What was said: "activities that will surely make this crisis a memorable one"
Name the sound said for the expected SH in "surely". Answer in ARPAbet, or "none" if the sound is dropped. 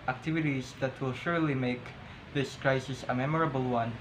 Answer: SH